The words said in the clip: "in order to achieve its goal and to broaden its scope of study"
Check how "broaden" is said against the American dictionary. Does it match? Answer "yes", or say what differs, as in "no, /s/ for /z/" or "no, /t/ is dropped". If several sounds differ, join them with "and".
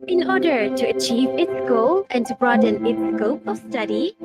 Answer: yes